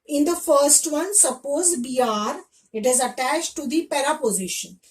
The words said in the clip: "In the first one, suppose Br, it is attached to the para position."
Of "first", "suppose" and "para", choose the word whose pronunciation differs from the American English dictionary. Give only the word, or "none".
none